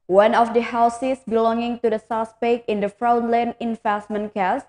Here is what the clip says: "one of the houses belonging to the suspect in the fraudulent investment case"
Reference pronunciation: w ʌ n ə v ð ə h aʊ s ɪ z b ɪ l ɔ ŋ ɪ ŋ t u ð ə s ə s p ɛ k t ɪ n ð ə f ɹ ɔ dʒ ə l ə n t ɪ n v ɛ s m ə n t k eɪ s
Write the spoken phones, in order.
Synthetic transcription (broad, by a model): w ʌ n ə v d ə h aʊ s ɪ s b ɪ l ɔ ŋ ɪ ŋ t u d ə s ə s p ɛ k ɪ n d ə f ɹ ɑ ə l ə n ɪ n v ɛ s m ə n k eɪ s